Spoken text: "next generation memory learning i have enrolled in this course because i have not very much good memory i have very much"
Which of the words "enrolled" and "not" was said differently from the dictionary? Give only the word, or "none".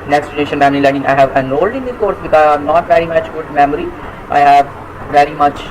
enrolled